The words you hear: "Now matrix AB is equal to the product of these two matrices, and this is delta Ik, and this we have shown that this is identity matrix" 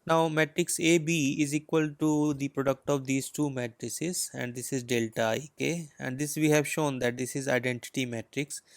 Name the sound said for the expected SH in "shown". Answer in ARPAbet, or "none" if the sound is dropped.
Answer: SH